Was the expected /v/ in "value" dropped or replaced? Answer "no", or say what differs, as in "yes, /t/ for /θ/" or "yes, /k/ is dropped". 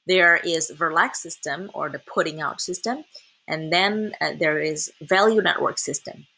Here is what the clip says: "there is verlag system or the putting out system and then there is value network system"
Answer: no